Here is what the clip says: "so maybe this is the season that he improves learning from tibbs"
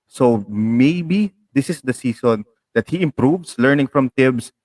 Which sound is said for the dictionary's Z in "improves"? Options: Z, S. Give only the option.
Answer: S